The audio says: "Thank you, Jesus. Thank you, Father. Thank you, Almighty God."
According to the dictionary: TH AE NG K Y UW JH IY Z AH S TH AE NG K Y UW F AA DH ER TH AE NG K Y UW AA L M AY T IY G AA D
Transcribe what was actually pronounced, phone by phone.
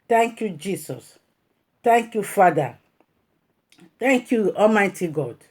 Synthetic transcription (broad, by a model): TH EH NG K Y UW JH IY S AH S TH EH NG K Y UW F AA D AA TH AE NG K Y UW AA M AY T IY G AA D